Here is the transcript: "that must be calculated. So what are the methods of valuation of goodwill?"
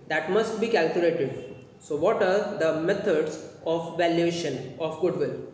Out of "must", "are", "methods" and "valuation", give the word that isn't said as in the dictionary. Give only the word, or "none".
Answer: methods